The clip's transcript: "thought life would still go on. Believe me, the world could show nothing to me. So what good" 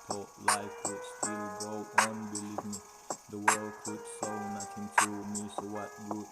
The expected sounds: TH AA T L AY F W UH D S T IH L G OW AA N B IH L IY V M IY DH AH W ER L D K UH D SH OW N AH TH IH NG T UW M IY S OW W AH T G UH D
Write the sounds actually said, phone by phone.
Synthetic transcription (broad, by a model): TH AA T L AY F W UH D S T IH L G OW AA N B IH L IY V M IY DH AH W ER L D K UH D S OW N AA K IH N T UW M IY S OW W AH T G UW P